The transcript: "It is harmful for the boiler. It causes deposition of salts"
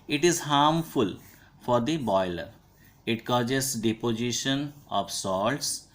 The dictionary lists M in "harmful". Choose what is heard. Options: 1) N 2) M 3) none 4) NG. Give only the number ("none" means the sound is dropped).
2